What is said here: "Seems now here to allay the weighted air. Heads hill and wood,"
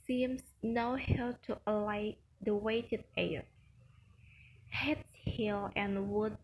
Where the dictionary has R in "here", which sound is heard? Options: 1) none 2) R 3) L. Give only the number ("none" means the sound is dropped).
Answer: 3